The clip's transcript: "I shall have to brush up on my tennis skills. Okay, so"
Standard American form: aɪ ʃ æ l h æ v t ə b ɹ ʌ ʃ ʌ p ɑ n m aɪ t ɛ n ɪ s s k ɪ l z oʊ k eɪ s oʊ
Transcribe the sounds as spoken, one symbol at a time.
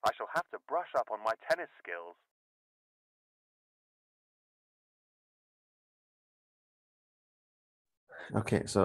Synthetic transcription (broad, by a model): aɪ ʃ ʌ l h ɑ f t ə b ɹ ʌ ʃ ʌ p n m aɪ t ɛ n ɪ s s k ɪ l z oʊ k eɪ s oʊ